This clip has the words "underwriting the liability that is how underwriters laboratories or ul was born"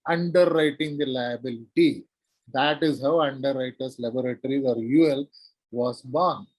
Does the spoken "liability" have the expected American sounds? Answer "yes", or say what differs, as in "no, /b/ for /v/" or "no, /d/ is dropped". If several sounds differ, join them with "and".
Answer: yes